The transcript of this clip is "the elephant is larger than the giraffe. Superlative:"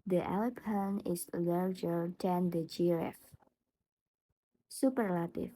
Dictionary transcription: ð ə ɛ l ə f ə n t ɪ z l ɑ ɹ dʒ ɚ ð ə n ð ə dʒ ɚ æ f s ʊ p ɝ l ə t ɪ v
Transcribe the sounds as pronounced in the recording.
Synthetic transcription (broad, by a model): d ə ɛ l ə p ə n ɪ s l ɑ ɹ dʒ ɚ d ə n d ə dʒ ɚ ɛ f s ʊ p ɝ l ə t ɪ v